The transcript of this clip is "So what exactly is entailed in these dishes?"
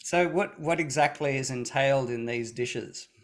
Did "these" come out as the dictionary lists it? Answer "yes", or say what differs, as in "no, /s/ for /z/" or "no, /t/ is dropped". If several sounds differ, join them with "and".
yes